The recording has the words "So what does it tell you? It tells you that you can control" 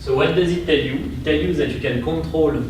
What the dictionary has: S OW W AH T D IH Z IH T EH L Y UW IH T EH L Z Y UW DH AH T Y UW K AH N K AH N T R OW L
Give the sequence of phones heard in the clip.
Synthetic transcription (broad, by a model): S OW W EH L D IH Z IH T EH L Y UW IH T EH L Y UW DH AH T Y UW K AH N K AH T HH OW L